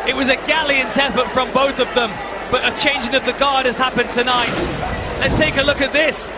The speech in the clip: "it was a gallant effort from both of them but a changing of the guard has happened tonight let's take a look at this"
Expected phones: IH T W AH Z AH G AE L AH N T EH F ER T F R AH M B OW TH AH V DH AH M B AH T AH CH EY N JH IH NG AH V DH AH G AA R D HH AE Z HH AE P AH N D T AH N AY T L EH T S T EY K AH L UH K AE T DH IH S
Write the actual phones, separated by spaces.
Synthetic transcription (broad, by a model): IH T W AH Z AH G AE L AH N T EH P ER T F R AH M B OW TH AH V DH AH M B AH T AH CH EY N JH IH NG AH V DH AH G AA R D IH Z HH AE P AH N T AH N AY T L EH T S T EY K AH L UH K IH T DH IH S